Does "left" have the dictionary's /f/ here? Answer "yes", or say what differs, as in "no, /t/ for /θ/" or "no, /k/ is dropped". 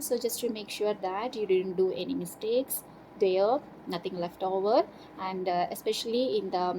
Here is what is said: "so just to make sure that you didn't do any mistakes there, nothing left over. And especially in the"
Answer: yes